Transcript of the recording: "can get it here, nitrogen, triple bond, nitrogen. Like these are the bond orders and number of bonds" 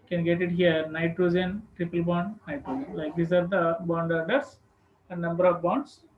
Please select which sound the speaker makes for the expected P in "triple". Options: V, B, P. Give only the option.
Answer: P